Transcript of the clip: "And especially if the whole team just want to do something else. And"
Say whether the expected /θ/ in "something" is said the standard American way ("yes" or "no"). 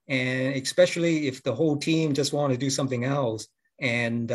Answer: yes